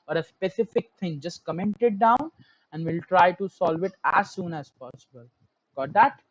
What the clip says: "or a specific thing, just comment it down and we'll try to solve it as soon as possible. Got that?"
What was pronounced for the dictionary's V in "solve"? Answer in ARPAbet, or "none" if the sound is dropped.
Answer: V